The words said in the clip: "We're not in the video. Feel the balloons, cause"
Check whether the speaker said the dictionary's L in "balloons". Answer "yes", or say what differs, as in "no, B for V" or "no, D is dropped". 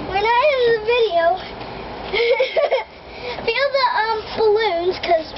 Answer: yes